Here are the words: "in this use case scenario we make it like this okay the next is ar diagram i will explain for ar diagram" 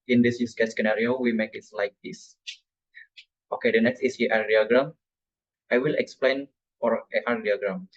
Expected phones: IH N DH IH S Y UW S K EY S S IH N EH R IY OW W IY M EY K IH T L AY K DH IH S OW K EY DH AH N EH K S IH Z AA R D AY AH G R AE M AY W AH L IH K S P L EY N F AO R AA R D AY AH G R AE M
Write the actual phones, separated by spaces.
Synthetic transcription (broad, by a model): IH N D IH S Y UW S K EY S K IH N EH R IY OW W IY M EY K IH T L AY K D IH S OW K EY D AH N EH K S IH S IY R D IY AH G R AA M AY W AH L IH K S P L EY N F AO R AA R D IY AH G R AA M